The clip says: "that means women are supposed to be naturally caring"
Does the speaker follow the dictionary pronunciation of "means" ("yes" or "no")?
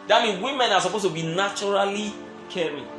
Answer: no